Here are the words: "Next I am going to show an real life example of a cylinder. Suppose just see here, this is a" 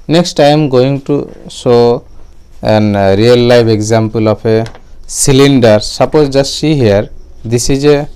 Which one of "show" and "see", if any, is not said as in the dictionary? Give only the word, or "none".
show